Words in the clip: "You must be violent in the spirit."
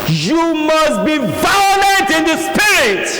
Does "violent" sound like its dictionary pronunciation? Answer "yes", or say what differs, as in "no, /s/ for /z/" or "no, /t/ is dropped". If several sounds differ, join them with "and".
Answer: no, /n/ is dropped